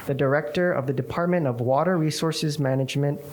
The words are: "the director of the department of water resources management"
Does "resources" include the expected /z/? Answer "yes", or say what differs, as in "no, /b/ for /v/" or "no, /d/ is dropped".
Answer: yes